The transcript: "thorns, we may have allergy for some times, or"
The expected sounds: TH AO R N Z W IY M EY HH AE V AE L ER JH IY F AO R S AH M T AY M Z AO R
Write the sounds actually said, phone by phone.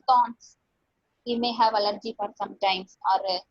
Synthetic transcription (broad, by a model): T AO N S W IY M EY HH AE V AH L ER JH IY F AO R S AH M T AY M S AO R